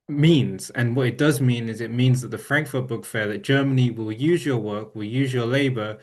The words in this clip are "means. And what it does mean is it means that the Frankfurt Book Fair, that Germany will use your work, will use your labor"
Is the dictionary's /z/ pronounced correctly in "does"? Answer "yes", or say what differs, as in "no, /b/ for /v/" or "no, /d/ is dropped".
yes